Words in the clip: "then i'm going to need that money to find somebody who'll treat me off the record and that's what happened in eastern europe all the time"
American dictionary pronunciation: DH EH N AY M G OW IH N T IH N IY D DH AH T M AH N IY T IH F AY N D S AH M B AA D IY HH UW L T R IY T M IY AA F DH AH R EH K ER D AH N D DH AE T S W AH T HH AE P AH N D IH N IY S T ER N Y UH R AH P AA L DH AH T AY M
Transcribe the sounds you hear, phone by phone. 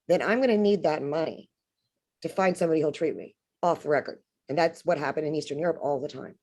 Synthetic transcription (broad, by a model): DH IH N AY M G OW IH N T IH N IY D DH AH T M AH N IY T IH F AY N D S AH M B AA D IY HH UW L T R IY T M IY AA F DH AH R EH K ER D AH N DH AE T S W AH T HH AE P AH N D IH N IY S T ER N Y UH R AH P AA L DH AH T AY M